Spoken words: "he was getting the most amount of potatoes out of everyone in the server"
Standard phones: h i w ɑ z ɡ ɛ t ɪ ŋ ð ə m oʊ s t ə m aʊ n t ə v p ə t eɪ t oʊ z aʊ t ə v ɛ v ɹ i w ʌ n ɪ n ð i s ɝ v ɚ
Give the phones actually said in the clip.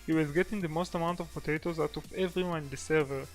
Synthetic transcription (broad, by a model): h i w ɑ z ɡ ɛ t ɪ ŋ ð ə m oʊ s t ə m aʊ n t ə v p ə t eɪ t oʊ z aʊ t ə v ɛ v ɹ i w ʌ ɪ n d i s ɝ v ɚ